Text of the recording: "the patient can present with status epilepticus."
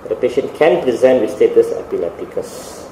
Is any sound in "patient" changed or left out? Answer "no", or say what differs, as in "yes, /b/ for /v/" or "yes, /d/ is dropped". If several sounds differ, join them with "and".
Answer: no